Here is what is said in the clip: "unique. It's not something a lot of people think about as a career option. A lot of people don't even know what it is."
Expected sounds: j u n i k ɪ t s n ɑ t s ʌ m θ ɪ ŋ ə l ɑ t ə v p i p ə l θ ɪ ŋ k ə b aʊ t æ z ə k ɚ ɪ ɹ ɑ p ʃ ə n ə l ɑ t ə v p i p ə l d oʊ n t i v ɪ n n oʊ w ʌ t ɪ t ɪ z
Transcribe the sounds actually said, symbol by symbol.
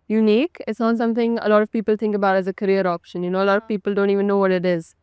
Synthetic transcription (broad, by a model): j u n i k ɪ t s n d s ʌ m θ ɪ ŋ ə l ɑ t ə v p i p ə l t ɪ ŋ k ə b aʊ t æ z ə k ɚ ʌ ɹ ɑ p ʃ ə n ə l ɑ t ə v p i p ə l d oʊ n t i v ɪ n n oʊ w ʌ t ɪ t ɪ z